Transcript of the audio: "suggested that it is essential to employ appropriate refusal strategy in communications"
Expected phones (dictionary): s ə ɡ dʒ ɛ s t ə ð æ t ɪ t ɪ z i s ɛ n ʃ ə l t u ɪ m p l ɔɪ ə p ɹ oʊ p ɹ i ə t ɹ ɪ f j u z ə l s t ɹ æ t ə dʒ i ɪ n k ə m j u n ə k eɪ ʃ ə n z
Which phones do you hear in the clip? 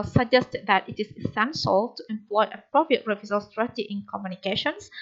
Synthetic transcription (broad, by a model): s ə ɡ dʒ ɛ s t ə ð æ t ɪ t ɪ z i s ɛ n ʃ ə l t u ɪ m p l ɔɪ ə p ɹ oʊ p ɹ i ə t ɹ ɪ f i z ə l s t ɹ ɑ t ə i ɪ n k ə m j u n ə k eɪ ʃ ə n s